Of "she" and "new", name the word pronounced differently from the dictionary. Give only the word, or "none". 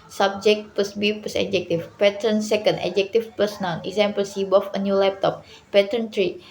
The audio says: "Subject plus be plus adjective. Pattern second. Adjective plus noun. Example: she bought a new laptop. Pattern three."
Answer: she